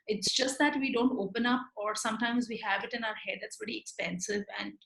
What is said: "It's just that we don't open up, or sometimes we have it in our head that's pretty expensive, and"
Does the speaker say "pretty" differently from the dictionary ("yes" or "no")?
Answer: yes